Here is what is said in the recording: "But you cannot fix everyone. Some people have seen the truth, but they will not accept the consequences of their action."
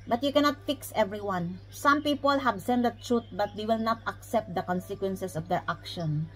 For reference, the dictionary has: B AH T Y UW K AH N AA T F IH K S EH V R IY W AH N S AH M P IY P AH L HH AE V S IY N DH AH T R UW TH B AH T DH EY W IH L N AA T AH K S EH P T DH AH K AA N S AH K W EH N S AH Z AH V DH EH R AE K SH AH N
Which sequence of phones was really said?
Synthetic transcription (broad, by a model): B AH T Y UW K AH N AA T F IH K S EH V R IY W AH N S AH M P IY P AH L HH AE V S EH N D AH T R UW T B AH T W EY W IH L N AA T AH K S EH P T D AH K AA N S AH K W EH N S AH S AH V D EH R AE K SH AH N